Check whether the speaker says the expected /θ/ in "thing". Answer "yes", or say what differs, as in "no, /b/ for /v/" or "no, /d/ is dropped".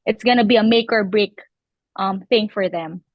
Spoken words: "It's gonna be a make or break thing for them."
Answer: yes